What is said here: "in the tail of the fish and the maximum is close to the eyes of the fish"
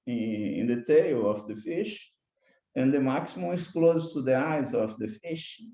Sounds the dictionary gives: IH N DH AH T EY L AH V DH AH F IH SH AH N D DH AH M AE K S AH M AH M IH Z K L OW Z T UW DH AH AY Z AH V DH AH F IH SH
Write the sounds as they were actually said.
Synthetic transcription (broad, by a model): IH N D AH T EY L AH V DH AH F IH SH AH N D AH M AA K S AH M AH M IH S K L OW Z T UW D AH AY Z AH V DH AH F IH SH